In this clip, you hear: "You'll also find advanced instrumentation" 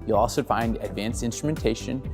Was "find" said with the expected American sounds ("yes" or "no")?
yes